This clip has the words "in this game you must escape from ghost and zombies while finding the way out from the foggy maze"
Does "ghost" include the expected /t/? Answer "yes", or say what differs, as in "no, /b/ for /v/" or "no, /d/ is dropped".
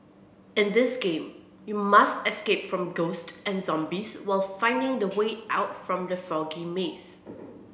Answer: yes